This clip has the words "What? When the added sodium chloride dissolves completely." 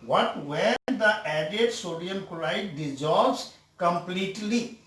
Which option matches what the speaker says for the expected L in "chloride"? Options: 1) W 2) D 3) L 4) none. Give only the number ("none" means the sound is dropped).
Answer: 4